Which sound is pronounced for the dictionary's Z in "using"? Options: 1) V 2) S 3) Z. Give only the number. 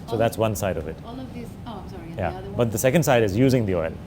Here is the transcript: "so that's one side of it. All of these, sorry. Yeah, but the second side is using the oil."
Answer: 3